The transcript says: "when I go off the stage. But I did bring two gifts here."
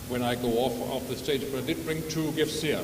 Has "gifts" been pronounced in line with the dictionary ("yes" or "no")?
yes